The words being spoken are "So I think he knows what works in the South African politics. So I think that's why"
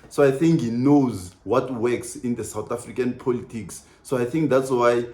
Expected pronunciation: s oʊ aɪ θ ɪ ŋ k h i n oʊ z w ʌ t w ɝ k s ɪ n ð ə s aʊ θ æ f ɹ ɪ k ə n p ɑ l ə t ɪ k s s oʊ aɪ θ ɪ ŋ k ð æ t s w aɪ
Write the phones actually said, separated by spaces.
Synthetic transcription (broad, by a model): s oʊ aɪ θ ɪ ŋ k h i n oʊ z w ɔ t w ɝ k s ɪ n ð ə s aʊ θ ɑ f ɹ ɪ k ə n p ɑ l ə t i k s s oʊ aɪ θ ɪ ŋ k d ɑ t s w aɪ